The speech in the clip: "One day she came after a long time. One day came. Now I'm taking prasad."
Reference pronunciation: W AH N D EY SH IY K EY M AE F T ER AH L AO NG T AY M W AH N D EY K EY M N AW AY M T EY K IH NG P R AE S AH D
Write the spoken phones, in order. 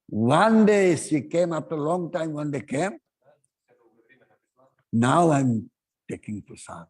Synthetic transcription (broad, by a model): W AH N D EY S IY K EY M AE F T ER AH L AO NG T AY M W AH N D EY K EY M N AW AY M T EY K IH NG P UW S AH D